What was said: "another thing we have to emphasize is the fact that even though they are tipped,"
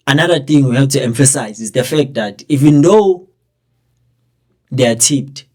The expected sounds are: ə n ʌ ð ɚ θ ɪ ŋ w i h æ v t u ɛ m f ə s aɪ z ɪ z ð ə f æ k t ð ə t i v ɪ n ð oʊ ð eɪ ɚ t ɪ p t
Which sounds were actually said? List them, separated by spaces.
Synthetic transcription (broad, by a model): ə n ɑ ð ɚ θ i ŋ w i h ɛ p t u ɛ m f ə s aɪ z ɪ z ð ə f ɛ k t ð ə t i v ɪ n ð oʊ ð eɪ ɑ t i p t